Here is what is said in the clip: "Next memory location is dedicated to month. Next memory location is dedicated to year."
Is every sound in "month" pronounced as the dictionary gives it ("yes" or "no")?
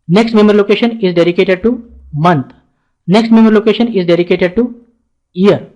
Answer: no